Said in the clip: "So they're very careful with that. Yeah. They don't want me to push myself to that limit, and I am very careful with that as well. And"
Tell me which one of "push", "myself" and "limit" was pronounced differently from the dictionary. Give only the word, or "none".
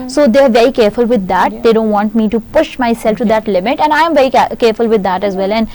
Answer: none